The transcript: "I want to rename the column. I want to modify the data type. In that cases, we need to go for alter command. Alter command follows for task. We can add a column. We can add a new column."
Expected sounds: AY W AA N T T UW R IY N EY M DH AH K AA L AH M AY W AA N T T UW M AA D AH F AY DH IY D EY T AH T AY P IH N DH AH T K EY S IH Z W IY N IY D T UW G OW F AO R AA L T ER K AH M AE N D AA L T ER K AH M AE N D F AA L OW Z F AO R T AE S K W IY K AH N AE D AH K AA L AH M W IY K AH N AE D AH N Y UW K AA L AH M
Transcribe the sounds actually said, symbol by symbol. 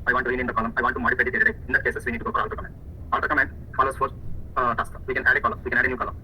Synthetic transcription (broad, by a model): AY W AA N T T UW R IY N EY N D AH K AA L AH M AY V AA N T T UW M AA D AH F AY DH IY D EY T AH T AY IH N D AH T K EY S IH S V IY N IY D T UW G OW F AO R AA L T ER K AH M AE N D AA L T ER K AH M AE N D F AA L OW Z F AO R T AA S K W IY K AH N AE D AH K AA L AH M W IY K AH N AE D AH N Y UW K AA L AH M